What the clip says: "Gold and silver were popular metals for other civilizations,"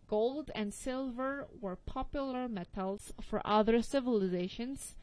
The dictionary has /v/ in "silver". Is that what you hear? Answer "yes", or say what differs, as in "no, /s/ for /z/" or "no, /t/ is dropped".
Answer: yes